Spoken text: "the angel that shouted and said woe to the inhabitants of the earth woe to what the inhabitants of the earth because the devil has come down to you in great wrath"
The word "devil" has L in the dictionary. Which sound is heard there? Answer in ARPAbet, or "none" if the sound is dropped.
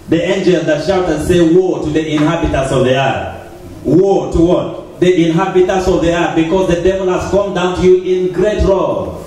L